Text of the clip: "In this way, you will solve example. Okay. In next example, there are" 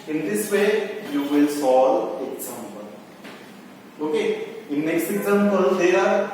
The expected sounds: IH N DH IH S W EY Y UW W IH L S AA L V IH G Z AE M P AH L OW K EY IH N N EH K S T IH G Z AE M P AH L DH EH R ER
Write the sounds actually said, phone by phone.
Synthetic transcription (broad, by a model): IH N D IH S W EY Y UW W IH L S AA L IH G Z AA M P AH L OW K EY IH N N EH K S T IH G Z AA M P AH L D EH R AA